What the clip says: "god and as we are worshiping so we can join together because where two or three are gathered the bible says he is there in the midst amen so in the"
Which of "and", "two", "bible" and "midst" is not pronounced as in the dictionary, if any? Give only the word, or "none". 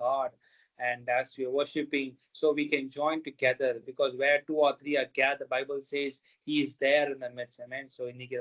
midst